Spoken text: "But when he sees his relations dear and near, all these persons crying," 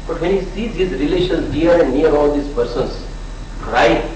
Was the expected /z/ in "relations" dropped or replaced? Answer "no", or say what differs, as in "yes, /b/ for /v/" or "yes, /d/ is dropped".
yes, /z/ is dropped